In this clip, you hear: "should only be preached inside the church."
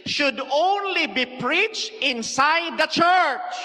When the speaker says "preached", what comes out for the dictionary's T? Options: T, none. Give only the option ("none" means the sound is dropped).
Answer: T